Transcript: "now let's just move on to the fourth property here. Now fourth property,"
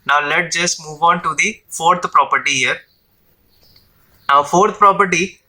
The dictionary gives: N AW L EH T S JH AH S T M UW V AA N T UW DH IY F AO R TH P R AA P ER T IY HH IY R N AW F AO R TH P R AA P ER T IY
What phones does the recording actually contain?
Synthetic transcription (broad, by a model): N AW L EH T JH AH S T M UW V AA N T UW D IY F AO R T P R AA P ER T IY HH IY R N AW F AO R T P R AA P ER T IY